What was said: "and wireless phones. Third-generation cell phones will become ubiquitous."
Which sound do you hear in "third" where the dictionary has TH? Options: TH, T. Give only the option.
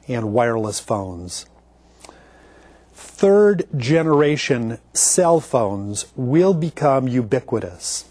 TH